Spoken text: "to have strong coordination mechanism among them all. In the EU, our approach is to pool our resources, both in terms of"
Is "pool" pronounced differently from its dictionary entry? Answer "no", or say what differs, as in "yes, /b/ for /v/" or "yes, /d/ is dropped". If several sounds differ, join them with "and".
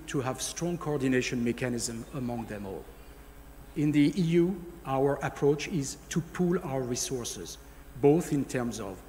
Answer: no